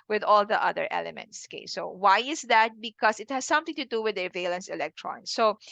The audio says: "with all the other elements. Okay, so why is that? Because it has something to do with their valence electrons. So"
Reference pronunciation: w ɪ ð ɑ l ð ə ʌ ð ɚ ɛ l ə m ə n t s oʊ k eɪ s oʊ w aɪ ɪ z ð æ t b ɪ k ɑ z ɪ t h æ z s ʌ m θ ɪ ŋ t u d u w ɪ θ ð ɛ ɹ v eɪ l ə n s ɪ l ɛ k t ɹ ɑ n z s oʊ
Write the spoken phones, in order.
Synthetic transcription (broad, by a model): w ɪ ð ɑ l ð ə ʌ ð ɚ ɛ l ə m ə n t s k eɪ s oʊ w aɪ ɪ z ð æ t b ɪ k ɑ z ɪ t h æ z s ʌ m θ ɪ ŋ t u d u w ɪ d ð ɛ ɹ v eɪ l ə n s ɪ l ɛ k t ɹ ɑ n s oʊ